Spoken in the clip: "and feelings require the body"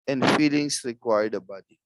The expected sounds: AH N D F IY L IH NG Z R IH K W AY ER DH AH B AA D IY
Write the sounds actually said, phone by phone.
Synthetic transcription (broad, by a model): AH N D F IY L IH NG S R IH K W AY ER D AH B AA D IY